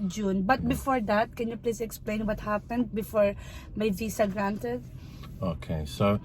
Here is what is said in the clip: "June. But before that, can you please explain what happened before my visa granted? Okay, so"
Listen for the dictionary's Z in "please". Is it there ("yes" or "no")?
no